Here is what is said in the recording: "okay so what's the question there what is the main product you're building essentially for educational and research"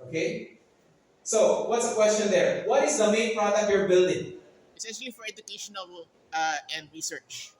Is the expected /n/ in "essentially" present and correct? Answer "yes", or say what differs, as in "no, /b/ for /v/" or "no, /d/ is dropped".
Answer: no, /n/ is dropped